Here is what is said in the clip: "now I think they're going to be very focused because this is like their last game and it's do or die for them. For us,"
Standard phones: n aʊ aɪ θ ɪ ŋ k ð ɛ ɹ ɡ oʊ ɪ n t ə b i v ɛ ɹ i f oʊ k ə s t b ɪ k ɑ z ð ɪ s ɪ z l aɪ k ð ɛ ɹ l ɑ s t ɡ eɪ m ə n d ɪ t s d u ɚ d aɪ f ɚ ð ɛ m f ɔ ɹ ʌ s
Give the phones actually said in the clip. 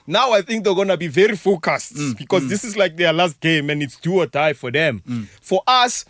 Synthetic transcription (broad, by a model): n aʊ aɪ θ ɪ ŋ k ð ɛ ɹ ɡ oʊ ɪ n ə b i v ɛ ɹ i f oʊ k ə s t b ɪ k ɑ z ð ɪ s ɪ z l aɪ k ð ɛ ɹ l ɑ s t ɡ eɪ m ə n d ɪ t s d u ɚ d aɪ f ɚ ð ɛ m f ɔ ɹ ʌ s